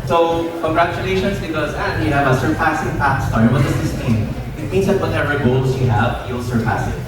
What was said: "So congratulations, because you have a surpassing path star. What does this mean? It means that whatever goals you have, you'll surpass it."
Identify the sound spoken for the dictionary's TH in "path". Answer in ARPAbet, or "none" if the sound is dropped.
T